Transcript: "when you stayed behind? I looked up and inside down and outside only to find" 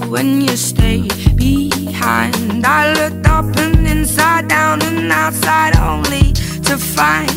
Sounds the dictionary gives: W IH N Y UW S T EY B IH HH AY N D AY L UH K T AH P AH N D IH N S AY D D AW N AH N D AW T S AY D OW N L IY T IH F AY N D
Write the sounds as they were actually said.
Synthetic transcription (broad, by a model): W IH N Y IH S T EY B IH HH AY N D AY L UH K T AH P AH N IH N S AY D D AW N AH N AW T S AY D OW N L IY T IH F AY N